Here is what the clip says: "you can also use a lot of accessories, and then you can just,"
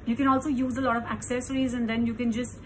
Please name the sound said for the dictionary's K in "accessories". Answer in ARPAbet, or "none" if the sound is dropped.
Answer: K